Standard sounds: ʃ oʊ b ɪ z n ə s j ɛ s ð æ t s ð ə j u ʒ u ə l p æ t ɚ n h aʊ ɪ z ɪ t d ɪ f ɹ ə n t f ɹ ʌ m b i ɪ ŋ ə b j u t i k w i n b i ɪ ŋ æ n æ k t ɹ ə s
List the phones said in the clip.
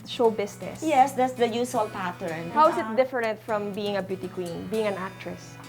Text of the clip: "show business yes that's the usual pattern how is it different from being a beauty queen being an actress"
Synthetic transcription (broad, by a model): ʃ oʊ b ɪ s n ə s j ɛ s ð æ t s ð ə j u s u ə l p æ t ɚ n h aʊ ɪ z ɪ t d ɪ f ɹ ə n t f ɹ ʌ m b i ɪ ŋ ə b j u t i k w i n b i ɪ ŋ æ n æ k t ɹ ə s